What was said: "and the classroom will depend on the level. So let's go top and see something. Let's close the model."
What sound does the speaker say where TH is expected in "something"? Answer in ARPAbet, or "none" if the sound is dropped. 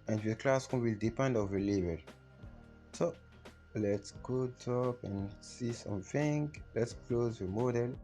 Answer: F